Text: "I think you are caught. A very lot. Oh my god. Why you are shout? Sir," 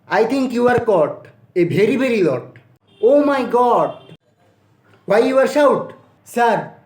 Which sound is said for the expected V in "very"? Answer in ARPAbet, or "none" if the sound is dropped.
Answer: B